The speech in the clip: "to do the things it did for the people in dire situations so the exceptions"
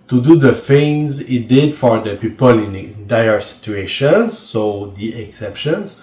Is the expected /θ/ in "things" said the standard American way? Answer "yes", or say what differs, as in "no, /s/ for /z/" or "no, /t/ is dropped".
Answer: no, /f/ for /θ/